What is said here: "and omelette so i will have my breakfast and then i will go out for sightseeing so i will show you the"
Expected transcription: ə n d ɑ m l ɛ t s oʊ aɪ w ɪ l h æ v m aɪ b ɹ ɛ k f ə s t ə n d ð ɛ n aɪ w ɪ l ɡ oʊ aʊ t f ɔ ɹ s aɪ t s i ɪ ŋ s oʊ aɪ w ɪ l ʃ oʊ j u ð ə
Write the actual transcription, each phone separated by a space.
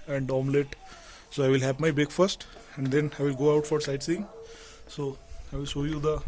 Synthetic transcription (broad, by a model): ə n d ɑ m l ɛ t s oʊ aɪ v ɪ l h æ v m aɪ b ɛ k f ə s t ə n d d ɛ n aɪ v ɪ l ɡ oʊ aʊ t f ɔ ɹ s aɪ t s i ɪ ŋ s oʊ aɪ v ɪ l ʃ oʊ j u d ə